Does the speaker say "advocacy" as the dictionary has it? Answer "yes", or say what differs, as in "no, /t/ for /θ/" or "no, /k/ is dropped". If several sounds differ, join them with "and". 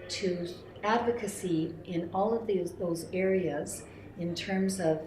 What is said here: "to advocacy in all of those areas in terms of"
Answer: yes